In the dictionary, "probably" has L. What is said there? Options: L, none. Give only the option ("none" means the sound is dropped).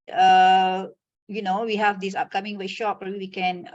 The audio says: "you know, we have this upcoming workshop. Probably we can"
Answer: none